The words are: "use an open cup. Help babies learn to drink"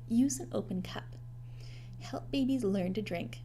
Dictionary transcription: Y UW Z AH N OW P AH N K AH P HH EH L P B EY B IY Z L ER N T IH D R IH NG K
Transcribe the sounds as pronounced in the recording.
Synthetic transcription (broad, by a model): Y UW Z AH N OW P AH N K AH P HH EH L P B EY B IY Z L ER N T IH D R IH NG K